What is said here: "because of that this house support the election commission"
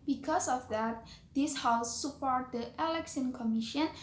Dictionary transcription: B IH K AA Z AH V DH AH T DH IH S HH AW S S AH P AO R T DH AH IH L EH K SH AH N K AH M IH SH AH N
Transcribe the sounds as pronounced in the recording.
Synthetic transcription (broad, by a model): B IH K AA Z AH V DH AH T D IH S HH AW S S AH P AO R T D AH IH L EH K S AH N K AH M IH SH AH N